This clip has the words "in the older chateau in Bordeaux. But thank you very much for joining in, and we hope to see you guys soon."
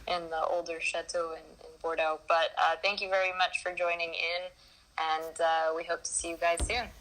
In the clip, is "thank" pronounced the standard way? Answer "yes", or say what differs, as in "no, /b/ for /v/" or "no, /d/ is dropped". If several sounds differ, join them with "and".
yes